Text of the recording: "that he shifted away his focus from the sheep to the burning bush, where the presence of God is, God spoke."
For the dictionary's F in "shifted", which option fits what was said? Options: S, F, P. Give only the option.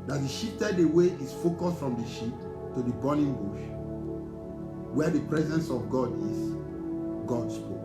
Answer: P